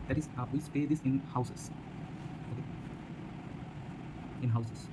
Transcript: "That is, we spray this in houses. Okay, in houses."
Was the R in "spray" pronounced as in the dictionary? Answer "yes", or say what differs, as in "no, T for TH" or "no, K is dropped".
no, R is dropped